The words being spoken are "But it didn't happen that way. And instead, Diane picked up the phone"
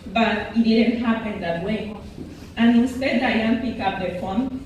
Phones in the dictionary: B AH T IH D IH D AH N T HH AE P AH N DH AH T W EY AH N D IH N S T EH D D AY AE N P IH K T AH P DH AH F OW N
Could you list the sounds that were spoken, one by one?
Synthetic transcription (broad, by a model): B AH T IH D IH D AH N T HH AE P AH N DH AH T W EY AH N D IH N S T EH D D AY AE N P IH K AH P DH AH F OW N